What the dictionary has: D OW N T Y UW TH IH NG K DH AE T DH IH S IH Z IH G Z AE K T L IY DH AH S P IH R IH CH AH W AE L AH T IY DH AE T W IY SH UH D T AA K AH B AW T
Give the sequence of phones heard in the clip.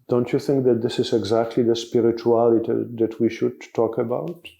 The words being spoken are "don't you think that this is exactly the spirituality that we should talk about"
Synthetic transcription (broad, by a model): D OW N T Y UW TH IH NG K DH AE T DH IH S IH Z IH G Z AE K T L IY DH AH S P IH R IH CH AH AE L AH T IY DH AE T W IY SH UH D T AA K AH B AW T